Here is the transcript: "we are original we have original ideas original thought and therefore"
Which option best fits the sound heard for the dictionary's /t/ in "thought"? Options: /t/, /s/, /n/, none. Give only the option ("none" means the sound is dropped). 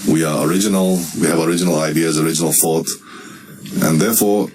/t/